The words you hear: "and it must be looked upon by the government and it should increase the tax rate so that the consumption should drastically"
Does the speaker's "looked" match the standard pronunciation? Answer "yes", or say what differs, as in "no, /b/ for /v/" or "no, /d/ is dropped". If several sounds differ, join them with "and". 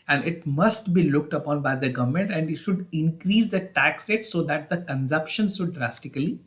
yes